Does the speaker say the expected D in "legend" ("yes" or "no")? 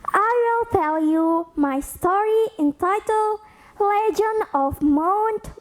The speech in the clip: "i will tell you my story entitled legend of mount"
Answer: no